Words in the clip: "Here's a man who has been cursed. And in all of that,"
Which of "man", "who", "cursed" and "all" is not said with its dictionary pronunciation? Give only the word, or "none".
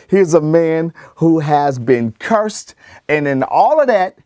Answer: none